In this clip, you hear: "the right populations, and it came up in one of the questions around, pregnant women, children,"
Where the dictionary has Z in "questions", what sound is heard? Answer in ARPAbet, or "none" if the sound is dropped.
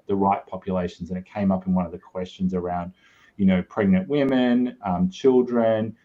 Z